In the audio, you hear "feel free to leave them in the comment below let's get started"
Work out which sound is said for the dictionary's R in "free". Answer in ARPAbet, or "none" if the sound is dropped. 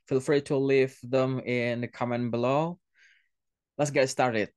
R